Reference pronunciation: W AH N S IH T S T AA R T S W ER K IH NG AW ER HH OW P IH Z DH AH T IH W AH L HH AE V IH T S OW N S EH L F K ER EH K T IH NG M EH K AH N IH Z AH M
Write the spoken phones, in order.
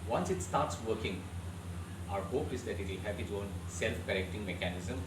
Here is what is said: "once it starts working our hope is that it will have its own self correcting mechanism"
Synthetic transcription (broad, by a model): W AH N S IH T S T AA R T S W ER K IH NG AW ER HH OW P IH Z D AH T IH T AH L HH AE P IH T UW OW N S EH L F K ER EH K T IH NG M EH K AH N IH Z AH M